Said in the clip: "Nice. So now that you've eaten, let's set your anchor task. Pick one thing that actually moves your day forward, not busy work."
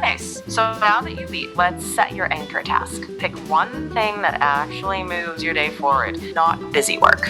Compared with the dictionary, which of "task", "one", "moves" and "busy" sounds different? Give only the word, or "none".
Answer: none